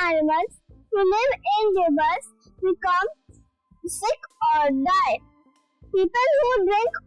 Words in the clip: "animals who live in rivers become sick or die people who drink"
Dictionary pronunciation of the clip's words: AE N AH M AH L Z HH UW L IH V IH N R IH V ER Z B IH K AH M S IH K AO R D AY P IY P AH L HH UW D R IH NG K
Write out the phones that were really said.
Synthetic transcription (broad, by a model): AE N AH M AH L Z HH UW L IH V IH N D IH B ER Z B IH K AH M S IH K AO R D AY P IY P AH L HH UW D R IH NG K